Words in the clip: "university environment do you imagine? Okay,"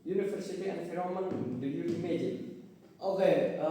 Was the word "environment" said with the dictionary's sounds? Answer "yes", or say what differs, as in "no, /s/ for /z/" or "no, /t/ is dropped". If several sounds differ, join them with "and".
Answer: no, /f/ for /v/ and /n/ is dropped